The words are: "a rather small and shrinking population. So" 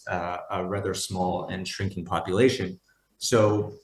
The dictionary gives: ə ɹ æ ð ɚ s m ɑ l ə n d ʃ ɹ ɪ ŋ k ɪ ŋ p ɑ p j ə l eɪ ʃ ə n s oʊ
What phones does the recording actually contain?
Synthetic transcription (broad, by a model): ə ɹ æ ð ɚ s m ɑ l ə n ʃ ɹ ɪ ŋ k ɪ ŋ p ɑ p j ə l eɪ ʃ ə n s oʊ